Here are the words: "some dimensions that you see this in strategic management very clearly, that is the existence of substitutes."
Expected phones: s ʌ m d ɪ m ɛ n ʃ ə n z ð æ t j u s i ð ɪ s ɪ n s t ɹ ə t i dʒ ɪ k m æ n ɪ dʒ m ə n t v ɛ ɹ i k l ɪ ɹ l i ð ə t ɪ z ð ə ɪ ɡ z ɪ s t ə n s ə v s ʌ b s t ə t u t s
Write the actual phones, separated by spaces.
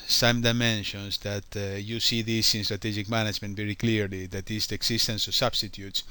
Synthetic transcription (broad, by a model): s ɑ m d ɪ m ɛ n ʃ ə n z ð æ t j u s i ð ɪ s ɪ n s t ɹ ə t i dʒ ɪ k m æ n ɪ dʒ m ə n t v ɛ ɹ i k l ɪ ɹ l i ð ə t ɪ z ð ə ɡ s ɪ s t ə n s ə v s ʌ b s t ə t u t s